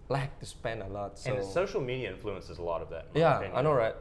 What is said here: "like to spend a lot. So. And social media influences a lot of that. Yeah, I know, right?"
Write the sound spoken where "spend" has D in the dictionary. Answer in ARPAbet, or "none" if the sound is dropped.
none